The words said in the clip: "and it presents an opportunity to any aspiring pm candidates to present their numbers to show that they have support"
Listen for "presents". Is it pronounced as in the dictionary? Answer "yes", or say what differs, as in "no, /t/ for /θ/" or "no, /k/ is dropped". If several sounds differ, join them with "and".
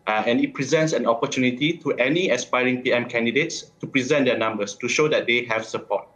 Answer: yes